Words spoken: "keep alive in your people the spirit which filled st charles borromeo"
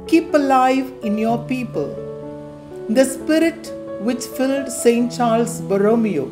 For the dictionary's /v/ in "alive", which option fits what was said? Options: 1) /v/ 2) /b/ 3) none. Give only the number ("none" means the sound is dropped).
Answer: 1